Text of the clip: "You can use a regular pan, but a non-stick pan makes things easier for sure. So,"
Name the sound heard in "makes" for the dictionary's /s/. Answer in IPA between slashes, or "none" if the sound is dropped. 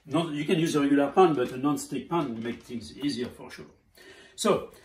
none